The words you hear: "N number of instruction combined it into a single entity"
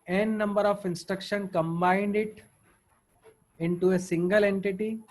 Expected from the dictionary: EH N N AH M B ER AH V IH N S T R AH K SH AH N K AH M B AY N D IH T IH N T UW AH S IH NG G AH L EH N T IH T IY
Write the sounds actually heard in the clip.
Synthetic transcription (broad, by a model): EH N N AH M B ER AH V IH N S T R AH K SH AH N K AH M B AY N D IH T IH N T UW AH S IH NG G AH L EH N T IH T IY